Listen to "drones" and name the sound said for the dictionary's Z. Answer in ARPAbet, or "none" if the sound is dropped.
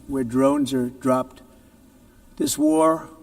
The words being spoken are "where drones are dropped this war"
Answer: Z